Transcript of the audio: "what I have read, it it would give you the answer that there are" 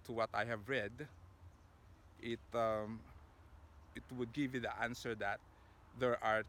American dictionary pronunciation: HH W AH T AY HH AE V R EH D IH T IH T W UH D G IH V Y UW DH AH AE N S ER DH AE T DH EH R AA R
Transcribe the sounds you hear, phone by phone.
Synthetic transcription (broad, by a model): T W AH T AY HH AE V R EH D IH T IH T W UH D G IH V Y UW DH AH AE N S ER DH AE T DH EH R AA R